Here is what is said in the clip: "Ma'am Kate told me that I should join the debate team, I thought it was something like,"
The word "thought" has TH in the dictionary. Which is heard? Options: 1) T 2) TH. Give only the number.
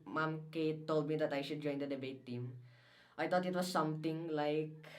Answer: 1